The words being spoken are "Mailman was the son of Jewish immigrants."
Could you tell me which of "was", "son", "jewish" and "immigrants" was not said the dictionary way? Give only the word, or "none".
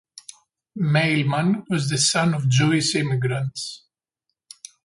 jewish